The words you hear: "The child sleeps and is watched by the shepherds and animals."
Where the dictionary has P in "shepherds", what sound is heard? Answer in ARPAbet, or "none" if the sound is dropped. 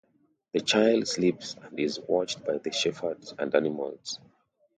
F